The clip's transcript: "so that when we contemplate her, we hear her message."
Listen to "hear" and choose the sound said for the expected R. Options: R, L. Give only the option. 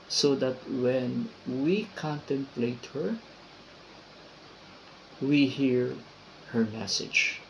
R